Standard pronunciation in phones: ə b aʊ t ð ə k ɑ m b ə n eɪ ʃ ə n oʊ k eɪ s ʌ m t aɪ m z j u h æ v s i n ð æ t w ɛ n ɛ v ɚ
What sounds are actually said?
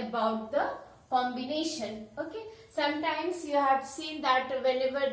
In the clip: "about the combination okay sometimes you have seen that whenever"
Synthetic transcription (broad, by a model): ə b aʊ t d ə k ɑ m b ə n eɪ ʃ ə n oʊ k eɪ s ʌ m t aɪ m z j u h æ v s i n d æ t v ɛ n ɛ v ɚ